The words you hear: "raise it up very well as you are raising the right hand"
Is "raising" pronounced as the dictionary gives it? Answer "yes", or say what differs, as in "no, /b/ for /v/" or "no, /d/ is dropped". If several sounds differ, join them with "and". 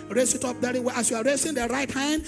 no, /s/ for /z/